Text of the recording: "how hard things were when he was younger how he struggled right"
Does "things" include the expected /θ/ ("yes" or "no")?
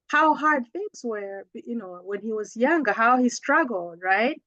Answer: yes